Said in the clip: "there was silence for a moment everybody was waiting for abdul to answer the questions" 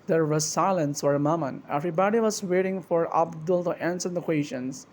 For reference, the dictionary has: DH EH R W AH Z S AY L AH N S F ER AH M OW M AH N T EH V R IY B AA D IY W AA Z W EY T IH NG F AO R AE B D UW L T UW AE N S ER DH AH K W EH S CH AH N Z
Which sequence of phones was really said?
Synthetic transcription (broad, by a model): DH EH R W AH S AY L AH N S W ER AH M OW M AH N EH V R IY B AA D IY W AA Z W EY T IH NG F AO R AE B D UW L T UW AE N S ER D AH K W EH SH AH N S